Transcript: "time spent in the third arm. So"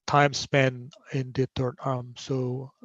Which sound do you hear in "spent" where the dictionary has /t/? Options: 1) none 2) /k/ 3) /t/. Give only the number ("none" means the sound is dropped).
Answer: 1